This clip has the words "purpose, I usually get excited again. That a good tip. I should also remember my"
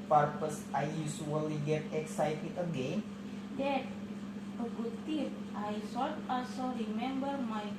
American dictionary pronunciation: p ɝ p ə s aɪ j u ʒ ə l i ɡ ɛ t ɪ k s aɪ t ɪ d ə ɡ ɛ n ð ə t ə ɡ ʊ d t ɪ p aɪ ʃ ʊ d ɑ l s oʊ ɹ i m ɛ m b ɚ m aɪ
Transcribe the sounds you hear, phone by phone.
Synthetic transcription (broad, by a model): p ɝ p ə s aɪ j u s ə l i ɡ ɛ t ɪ k s aɪ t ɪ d ə ɡ ɛ n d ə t ə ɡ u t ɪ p aɪ s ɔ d ɑ l s oʊ ɹ i m ɛ m b ɚ m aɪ